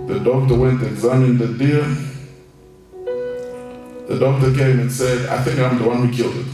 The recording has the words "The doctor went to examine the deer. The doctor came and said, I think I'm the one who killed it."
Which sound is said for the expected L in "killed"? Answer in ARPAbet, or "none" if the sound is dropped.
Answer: L